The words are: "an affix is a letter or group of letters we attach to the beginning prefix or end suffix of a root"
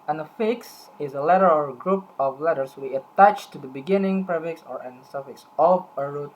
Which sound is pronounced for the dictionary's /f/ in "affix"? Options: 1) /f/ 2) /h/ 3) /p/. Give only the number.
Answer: 1